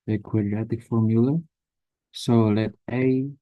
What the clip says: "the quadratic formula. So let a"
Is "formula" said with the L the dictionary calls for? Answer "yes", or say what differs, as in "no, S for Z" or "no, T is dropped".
yes